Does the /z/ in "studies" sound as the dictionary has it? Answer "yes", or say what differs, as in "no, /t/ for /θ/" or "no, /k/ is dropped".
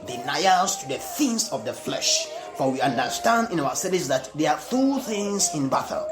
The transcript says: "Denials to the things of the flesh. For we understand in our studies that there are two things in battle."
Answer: no, /s/ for /z/